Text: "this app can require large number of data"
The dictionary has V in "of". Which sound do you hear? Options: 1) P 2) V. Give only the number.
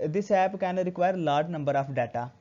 1